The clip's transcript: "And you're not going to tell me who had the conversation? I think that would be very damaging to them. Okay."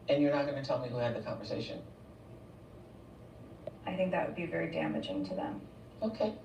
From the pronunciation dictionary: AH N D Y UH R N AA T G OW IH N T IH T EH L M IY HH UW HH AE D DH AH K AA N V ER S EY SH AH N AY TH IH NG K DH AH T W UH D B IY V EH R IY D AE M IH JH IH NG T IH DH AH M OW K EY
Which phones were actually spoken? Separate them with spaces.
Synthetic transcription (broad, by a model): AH N Y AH R N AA T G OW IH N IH T EH L M IY HH UW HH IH D DH AH K AA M V ER S EY SH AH N AY TH IH NG K DH AH T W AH D B IY V EH R IY D AE M IH JH IH NG T IH DH AH M OW K EY